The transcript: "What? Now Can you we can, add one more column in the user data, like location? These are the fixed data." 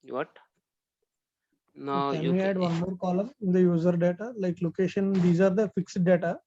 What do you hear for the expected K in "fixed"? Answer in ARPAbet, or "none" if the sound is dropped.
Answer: K